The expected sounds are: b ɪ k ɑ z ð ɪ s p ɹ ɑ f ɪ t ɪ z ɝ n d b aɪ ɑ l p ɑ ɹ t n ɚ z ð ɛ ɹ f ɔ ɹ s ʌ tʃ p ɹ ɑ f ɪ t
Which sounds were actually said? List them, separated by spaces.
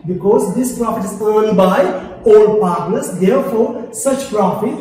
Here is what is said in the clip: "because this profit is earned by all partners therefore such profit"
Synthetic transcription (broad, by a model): b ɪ k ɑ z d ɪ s p ɹ ɑ f ɪ t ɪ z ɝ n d b aɪ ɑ l p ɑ ɹ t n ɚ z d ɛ ɹ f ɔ ɹ s ʌ tʃ p ɹ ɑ f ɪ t